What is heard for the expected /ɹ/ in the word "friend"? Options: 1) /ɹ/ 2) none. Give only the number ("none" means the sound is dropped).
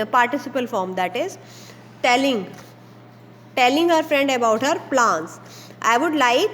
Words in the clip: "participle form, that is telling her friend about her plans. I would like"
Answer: 1